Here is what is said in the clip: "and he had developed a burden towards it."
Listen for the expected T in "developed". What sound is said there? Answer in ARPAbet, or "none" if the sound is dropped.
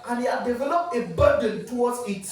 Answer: none